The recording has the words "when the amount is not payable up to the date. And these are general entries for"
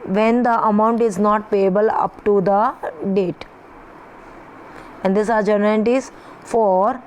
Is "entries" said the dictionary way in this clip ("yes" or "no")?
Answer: no